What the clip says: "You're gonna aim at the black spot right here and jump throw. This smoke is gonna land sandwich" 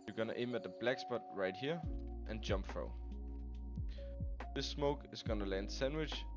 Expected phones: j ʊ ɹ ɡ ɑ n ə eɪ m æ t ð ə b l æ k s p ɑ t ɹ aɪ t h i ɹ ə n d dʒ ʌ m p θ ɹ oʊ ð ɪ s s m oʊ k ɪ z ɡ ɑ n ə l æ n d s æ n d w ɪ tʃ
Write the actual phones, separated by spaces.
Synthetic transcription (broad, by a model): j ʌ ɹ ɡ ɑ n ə eɪ m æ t ð ə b l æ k s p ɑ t ɹ aɪ t h i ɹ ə n dʒ ʌ m p f ɹ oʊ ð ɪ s s m oʊ k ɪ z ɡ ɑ n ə l æ n d s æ n d w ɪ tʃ